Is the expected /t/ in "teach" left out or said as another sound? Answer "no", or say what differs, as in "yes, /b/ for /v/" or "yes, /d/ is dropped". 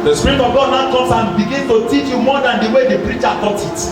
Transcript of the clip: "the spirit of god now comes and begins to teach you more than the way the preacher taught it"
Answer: no